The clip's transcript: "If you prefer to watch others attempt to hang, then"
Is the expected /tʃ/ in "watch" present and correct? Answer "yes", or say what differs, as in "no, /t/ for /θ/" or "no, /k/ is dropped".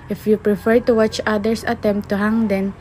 yes